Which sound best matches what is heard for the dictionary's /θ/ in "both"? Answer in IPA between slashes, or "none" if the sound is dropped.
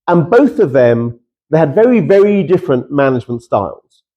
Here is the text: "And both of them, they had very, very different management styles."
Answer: /θ/